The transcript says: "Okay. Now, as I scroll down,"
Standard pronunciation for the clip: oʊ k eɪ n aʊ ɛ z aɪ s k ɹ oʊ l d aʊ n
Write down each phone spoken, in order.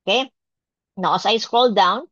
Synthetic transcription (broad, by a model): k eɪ n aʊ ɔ s aɪ s k ɹ oʊ l d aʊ n